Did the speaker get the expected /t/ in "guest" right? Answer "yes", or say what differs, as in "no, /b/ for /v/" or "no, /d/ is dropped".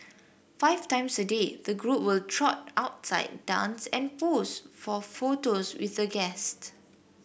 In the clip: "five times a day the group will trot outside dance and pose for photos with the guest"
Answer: yes